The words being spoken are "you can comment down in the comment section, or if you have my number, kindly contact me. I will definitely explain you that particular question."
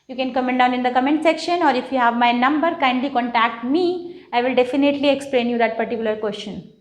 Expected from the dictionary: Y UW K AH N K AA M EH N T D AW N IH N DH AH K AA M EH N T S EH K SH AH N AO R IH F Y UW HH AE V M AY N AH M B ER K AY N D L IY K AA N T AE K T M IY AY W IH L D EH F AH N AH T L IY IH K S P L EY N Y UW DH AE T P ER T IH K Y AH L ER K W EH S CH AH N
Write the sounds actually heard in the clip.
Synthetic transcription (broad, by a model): Y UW K AH N K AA M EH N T D AW N IH N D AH K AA M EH N T S EH K SH AH N AO R IH F Y UW HH AE V M AY N AH M B ER K AY N D L IY K AA N T AE K T M IY AY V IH L D EH F AH N AH T L IY IH K S P L EY N Y UW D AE T P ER T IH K Y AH L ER K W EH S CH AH N